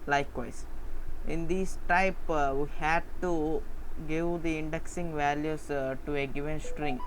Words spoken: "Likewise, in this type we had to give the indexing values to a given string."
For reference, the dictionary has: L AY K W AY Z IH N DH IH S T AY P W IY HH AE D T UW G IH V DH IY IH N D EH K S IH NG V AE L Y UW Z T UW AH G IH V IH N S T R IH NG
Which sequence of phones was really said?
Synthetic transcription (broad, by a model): L AY K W AY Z IH N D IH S T AY P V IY HH AE D T UW G IH V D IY IH N D EH K S IH NG V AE L Y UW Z T UW AH G IH V IH N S T R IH NG